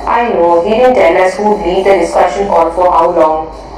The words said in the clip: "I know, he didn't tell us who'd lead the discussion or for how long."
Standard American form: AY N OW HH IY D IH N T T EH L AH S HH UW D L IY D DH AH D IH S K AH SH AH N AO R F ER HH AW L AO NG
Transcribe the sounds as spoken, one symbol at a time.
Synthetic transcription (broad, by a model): AY N OW HH IY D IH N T T EH L AH S HH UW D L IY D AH D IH S K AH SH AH N AO L F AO HH AW L AO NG